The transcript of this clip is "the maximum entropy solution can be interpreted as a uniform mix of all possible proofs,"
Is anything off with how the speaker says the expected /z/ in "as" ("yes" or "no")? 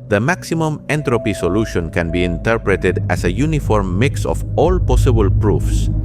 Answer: yes